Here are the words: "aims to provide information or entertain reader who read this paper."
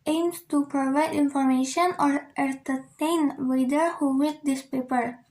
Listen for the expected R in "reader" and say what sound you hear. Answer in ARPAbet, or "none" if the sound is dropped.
W